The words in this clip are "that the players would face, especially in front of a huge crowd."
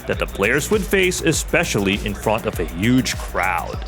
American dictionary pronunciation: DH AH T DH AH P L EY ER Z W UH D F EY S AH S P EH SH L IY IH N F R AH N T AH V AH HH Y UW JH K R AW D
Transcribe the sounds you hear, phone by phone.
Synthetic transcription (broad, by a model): DH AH T DH AH P L EY ER Z W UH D F EY S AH S P EH SH L IY IH N F R AH N T AH V AH HH Y UW JH K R AW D